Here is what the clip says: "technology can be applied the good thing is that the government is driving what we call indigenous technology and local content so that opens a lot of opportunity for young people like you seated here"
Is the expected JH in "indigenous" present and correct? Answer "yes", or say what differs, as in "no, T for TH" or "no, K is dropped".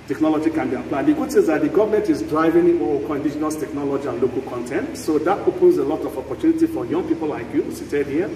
no, SH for JH